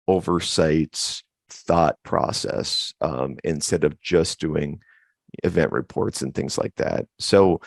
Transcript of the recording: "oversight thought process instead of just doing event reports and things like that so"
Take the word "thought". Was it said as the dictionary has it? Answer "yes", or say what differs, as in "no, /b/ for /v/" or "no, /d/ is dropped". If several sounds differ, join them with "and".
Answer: yes